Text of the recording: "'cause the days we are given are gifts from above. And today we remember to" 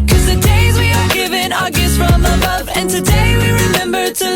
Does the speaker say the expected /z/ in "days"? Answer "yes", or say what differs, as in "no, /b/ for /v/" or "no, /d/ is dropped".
yes